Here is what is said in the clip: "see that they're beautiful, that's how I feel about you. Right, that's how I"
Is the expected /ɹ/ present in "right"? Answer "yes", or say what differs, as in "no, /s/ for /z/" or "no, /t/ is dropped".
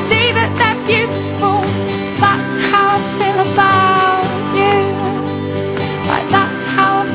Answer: no, /l/ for /ɹ/